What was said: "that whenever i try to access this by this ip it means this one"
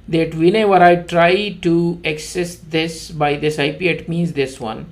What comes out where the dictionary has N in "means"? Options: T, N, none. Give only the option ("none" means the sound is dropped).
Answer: N